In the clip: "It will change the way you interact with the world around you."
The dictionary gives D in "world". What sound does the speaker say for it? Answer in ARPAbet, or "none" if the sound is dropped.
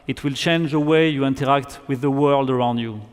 D